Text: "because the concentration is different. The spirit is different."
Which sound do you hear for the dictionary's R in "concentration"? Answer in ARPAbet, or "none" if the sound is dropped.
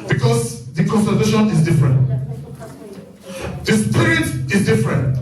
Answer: none